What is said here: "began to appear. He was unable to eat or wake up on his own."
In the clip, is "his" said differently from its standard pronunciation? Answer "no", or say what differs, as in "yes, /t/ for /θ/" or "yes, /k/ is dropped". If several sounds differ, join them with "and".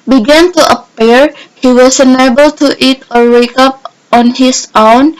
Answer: yes, /s/ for /z/